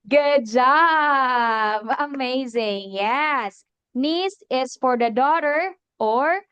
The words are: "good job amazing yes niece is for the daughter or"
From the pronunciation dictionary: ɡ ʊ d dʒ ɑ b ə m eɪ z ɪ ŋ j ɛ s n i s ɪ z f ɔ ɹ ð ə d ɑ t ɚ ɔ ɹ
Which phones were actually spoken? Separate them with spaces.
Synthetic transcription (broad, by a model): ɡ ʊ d dʒ ɑ b ə m eɪ z ɪ ŋ j ɛ s n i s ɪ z f ɔ ɹ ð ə d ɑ t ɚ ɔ ɹ